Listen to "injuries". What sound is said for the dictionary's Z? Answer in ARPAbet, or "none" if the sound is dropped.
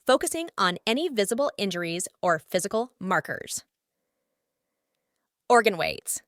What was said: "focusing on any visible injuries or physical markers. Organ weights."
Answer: Z